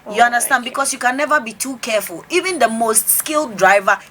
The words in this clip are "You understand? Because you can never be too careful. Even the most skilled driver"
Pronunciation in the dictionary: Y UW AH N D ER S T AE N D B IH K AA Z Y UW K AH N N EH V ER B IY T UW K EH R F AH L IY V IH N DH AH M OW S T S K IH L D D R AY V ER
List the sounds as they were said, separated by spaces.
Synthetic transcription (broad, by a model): Y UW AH N D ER S T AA N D B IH K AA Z Y UW K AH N N EH V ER B IY T UW K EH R F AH L IY V IH N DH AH M OW S T S K IH L D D R AY V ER